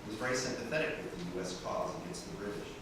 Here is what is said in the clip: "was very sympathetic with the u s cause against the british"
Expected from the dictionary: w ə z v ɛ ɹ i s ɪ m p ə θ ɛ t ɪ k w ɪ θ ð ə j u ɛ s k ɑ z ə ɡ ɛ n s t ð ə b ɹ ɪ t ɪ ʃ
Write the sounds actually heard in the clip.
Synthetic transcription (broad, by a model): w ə z v ɛ ɹ i s ɪ m p ə θ ɛ t ɪ k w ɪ ð ə j u ɛ s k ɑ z ə ɡ ɛ n s t ð ə b ɹ ɪ t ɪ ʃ